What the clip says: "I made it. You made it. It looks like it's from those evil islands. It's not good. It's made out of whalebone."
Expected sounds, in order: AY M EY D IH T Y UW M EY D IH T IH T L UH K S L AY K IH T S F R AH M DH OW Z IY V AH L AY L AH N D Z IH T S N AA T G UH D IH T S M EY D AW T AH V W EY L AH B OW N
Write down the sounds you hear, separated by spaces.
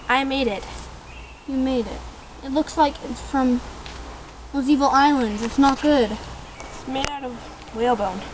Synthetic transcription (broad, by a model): AY M EY D IH T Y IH M EY D IH T IH T L UH K S L AY K IH T S F R AH M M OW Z IY V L AY L AH N D Z IH T S N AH T G UH D IH T S M EY D AW T AH V W EY L B OW N